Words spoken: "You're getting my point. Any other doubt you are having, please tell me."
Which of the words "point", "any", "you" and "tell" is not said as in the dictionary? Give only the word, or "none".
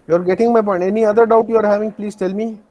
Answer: point